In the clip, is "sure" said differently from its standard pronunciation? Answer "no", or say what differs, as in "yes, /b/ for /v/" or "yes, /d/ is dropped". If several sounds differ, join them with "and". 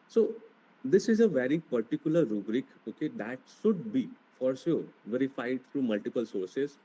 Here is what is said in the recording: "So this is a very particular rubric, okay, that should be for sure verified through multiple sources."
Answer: yes, /s/ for /ʃ/